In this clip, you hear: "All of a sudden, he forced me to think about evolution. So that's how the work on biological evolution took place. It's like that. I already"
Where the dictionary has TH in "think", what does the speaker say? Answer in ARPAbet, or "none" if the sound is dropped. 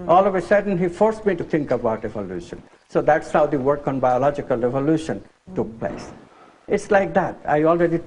T